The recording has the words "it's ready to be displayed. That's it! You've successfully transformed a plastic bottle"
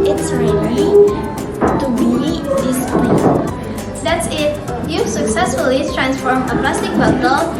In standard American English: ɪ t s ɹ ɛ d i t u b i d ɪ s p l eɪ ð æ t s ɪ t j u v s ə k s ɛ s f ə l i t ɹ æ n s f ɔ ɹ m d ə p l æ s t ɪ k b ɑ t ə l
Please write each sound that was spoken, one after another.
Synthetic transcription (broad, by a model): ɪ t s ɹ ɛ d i t u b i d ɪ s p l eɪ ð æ t s ɪ t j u s ə k s ɛ s f ə l i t ɹ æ n s f ɔ ɹ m ə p l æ s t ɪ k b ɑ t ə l